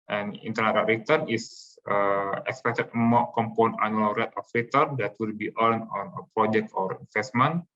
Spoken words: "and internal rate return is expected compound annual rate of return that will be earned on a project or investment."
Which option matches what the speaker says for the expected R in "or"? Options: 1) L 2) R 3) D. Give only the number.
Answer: 2